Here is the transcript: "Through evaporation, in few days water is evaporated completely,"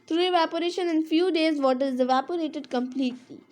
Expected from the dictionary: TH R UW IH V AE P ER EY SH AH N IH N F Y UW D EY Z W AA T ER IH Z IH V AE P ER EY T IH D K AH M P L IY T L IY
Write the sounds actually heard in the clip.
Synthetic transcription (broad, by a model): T R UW IH V AE P ER EY SH AH N IH N F Y UW D EY Z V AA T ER IH Z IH V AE P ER EY T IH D K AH M P L IY T L IY